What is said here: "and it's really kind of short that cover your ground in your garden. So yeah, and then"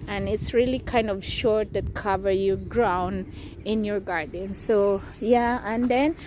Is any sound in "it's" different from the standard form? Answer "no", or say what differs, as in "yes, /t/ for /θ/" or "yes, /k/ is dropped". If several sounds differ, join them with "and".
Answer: no